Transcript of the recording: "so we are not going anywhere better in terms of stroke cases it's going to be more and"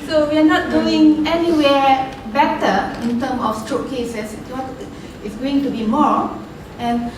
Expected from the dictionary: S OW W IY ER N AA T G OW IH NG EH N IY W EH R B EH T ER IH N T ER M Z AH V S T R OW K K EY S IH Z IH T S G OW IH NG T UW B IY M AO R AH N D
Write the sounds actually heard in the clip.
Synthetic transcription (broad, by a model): S OW W IY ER N AA T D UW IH NG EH N IY W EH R B EH T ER IH N T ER M AH F S T R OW K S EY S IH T IH T S G OW IH NG T UW B IY M AO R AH N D